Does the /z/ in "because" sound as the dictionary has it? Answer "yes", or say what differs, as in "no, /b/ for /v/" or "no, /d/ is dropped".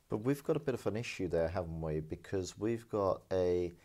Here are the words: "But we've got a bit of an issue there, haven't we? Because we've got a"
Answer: yes